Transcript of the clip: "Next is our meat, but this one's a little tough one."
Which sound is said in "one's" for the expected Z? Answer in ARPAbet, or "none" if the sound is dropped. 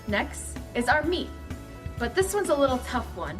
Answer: Z